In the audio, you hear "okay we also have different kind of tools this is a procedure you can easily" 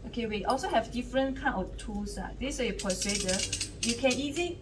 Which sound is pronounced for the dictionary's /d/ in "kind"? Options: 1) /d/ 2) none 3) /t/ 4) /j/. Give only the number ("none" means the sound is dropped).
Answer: 2